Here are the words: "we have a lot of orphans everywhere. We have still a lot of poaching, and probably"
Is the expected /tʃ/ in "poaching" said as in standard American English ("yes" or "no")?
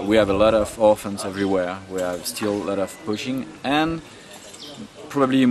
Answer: no